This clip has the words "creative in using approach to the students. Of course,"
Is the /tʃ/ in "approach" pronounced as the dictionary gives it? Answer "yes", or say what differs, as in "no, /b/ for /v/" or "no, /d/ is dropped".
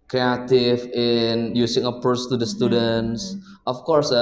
no, /s/ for /tʃ/